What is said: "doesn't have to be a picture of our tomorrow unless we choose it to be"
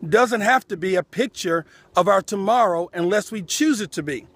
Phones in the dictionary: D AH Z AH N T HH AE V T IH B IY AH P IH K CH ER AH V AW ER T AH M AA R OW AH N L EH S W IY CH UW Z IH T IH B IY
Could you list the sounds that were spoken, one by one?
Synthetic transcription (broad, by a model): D AH Z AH N T HH AE F T IH B IY AH P IH K CH ER AH V AW ER T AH M AA R OW AH N L EH S W IY CH UW Z IH T IH B IY